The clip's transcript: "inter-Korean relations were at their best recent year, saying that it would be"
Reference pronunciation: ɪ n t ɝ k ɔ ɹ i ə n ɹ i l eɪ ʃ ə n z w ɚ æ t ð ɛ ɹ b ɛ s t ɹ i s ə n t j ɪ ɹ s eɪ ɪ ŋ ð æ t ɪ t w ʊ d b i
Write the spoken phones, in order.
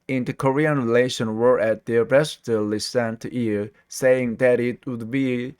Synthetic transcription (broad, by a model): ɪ n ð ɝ k ɔ ɹ i ə n ɹ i l eɪ ʃ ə n w ɚ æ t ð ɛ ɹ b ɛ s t l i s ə n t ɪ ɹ s eɪ ɪ ŋ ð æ t ɪ t w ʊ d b i